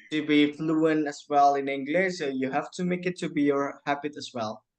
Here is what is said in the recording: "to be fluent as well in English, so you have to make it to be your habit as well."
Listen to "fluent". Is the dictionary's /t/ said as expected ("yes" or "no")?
no